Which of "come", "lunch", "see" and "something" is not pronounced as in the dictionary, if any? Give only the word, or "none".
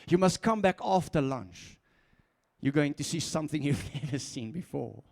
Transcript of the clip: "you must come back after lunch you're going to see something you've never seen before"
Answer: none